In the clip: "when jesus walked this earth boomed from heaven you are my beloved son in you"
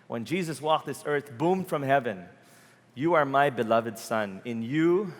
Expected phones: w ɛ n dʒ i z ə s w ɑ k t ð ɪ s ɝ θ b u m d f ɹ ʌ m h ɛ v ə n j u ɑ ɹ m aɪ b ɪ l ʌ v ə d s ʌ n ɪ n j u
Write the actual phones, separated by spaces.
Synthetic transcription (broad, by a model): w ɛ n dʒ i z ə s w ɑ k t ð ɪ s ɝ θ b u m d f ɹ ʌ m h ɛ v ə n j u ɑ ɹ m aɪ b ɪ l ʌ v ə d s ʌ n ɪ n j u